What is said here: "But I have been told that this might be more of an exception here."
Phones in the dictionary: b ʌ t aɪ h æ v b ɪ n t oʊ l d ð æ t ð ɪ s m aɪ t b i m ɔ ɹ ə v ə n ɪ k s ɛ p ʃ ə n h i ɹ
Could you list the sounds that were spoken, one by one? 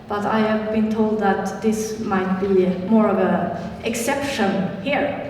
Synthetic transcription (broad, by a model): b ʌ t aɪ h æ v b ɪ n t oʊ l d ð æ t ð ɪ s m aɪ t b i m ɔ ɹ ə v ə ɪ k s ɛ p ʃ ə n h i ɹ